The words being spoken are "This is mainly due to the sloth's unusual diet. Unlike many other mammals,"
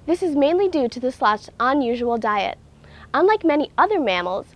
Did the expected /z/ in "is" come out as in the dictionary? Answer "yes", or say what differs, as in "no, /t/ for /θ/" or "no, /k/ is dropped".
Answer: yes